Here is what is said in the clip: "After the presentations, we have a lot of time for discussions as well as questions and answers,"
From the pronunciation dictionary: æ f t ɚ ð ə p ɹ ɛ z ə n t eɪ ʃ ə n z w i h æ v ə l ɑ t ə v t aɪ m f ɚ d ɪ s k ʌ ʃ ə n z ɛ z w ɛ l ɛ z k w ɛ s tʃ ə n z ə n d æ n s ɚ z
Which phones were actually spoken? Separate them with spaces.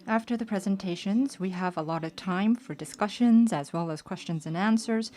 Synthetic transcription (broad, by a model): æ f t ɚ ð ə p ɹ ɛ z ə n t eɪ ʃ ə n z w i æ v ə l ɑ t ə v t aɪ m f ɚ d ɪ s k ʌ ʃ ə n z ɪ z w ɛ l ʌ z k w ɛ s tʃ ə n z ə n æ n s ɚ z